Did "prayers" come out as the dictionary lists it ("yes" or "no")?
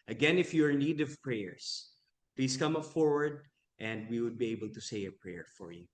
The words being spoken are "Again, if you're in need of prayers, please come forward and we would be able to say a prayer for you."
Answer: no